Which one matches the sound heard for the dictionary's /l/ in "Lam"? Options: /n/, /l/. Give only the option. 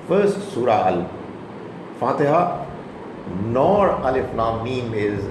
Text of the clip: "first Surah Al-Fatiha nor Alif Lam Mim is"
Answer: /n/